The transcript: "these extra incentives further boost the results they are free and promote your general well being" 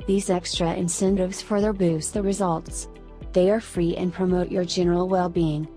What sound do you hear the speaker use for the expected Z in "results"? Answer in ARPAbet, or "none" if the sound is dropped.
Z